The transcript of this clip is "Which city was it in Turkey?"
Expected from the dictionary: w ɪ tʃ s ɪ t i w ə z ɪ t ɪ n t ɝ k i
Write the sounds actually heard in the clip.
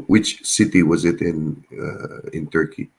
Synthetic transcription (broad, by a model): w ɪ tʃ s ɪ t i w ə z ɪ t ɪ n t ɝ k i